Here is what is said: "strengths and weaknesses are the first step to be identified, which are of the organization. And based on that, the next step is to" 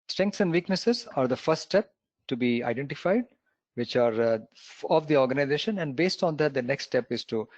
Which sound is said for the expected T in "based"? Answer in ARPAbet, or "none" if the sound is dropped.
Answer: T